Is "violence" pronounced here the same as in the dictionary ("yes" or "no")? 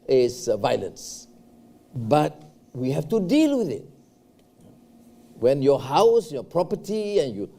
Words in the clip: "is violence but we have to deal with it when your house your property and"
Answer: yes